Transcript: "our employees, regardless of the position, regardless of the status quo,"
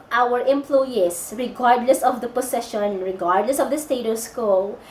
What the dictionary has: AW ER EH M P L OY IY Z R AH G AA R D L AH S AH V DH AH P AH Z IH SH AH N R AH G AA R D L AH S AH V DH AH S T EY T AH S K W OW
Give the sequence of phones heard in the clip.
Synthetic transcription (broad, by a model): AW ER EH M P L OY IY S R AH G AA R D L AH S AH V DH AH P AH S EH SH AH N R AH G AA R D L AH S AH V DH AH S T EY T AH S K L